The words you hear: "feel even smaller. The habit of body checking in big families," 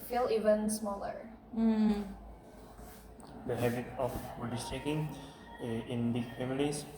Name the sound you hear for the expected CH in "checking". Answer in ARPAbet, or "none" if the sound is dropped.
S